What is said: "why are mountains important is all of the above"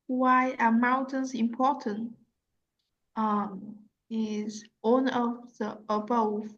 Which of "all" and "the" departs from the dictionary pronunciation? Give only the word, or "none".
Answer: all